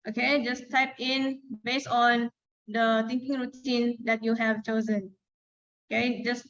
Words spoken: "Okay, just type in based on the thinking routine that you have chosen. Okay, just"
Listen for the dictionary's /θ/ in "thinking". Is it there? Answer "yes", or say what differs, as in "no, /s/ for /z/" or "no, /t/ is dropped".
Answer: no, /t/ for /θ/